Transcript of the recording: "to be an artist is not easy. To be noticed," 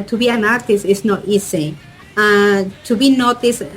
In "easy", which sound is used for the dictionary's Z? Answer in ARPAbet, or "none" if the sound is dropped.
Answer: S